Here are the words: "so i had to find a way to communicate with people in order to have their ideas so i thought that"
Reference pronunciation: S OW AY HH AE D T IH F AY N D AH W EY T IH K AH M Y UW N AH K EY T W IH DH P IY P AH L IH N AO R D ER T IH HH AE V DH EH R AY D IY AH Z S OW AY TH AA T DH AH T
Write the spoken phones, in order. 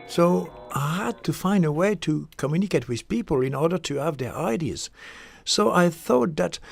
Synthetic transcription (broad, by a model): S OW AY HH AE D T IH F AY N D AH W EY T IH K AH M Y UW N AH K EY T W IH DH P IY P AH L IH N AO R D ER T IH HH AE V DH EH R AY D IY AH Z S OW AY TH AA T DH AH T